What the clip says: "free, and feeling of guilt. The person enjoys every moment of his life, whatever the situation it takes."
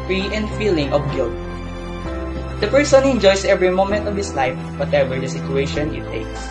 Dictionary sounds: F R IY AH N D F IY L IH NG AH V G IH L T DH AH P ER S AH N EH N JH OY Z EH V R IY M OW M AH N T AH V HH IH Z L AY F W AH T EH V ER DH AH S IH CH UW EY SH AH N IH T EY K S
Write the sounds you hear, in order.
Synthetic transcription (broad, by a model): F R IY AH N D F IY L IH NG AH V G IH L T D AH P ER S AH N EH N JH OY S EH V R IY M OW M AH N T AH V HH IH S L AY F W AH T EH V ER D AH S IH CH UW EY SH AH N IH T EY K S